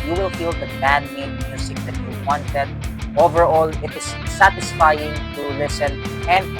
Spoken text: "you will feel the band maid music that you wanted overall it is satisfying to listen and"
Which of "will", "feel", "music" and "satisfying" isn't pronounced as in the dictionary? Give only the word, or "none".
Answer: music